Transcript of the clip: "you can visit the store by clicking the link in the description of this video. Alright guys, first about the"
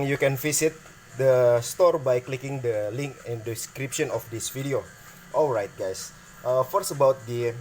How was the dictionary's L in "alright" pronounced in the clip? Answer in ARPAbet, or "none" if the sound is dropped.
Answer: L